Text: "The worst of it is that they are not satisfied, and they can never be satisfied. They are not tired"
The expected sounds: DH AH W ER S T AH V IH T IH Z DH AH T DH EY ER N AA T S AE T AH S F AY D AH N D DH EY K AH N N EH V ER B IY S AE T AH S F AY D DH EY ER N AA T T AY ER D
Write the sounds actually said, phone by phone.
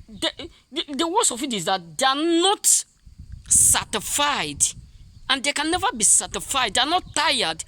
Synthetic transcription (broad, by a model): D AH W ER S AH F IH T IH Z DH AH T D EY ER N AA T S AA T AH F AY D AH N D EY K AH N N EH V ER B IY S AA T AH F AY D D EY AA N AA T T AY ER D